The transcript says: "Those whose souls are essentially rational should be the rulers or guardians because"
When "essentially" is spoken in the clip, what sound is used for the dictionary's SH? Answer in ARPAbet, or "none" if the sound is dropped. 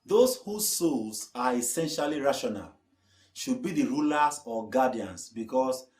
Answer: SH